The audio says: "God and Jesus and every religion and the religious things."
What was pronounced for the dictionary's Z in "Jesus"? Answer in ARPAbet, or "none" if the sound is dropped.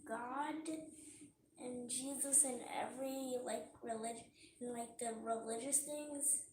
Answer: Z